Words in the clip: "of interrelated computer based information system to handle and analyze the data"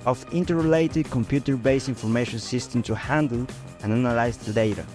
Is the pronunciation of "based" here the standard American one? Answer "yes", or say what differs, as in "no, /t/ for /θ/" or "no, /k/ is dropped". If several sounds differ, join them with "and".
no, /t/ is dropped